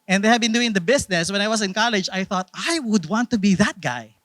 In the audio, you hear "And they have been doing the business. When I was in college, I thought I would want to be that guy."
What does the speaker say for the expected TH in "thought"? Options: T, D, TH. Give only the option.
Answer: TH